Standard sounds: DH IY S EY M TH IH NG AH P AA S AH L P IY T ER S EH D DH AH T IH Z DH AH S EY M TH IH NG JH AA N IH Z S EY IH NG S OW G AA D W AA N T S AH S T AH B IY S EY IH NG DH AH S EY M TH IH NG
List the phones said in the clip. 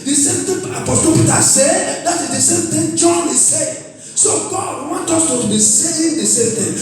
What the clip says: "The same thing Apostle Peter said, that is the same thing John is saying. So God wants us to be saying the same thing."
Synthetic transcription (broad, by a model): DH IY S EY M T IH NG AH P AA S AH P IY T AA S EH D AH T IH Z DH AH S EY M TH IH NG JH AA N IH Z S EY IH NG S OW G AA D W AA N T AO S T AH B IY S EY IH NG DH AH S EY M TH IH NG